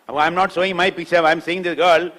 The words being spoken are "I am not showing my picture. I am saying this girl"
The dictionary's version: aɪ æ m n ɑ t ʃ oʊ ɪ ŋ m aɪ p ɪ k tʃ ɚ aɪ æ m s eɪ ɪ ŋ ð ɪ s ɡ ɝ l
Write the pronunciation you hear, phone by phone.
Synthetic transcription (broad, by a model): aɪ m n ɑ t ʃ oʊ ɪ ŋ m aɪ p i tʃ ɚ aɪ m s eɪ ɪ ŋ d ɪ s ɡ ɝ l